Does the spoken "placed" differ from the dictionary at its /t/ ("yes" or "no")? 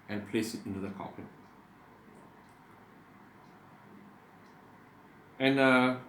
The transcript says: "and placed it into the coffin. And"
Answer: yes